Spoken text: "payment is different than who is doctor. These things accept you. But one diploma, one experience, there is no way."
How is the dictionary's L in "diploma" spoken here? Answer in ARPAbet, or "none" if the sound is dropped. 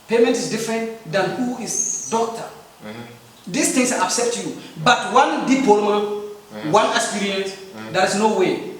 none